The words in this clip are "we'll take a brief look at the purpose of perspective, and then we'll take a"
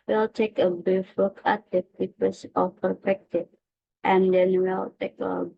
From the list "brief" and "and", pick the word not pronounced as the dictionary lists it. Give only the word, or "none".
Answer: brief